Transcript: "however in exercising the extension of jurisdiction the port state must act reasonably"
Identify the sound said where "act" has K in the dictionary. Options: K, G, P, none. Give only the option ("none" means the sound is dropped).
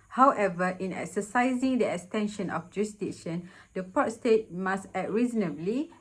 none